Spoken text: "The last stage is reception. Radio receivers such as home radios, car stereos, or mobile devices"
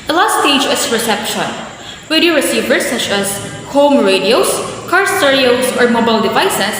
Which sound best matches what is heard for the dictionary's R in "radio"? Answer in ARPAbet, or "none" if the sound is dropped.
W